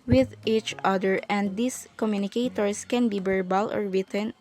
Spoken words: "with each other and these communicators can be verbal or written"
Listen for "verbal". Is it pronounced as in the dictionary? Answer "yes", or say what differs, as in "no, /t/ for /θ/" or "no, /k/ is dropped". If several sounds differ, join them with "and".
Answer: no, /b/ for /v/